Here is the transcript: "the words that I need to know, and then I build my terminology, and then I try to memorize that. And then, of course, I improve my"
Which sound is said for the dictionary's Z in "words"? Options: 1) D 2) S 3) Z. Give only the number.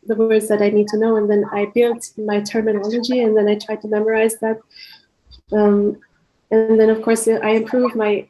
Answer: 3